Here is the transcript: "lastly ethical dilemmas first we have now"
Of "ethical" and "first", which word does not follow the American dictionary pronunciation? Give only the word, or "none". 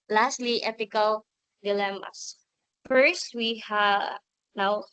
ethical